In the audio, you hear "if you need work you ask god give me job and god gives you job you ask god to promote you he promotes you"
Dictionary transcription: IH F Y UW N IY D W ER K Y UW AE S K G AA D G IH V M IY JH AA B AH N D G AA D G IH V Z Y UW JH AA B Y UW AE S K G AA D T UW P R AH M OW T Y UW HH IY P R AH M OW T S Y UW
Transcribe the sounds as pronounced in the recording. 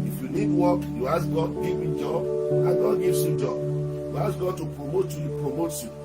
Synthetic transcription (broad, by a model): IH F Y UW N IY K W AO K Y UW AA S G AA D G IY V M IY JH AA B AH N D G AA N G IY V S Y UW JH AA B Y UW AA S G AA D T UW P R AH M OW T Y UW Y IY P R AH M OW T Y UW